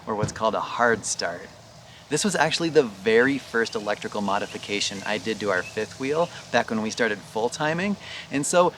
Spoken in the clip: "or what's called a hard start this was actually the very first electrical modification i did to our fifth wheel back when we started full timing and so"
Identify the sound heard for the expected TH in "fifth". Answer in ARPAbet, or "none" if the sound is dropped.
TH